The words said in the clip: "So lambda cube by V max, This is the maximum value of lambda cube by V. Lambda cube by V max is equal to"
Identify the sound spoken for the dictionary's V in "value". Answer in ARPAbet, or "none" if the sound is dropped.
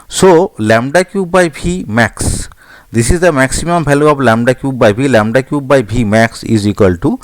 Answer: P